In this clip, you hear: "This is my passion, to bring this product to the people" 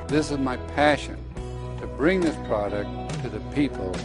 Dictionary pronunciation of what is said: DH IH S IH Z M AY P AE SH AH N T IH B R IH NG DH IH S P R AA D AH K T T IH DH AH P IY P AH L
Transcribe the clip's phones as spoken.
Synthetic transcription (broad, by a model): DH IH S IH Z M AY P AE SH AH N T IH B R IH NG DH IH S P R AA D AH K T T IH DH AH P IY P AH L